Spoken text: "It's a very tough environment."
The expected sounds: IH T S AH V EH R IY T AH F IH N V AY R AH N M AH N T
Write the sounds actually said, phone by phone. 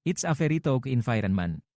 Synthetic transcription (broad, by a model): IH T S AH F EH R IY T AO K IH N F AY R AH N M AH N